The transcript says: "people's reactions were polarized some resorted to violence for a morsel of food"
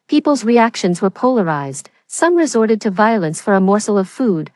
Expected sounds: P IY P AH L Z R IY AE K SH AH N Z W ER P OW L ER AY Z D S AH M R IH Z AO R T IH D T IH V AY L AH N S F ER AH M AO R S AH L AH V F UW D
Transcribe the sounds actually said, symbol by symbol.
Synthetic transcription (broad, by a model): P IY P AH L Z R IY AE K SH AH N Z W ER P OW L ER AY Z D S AH M R IH Z AO R T IH D T IH V AY L AH N S F ER AH M AO R S L AH V F UW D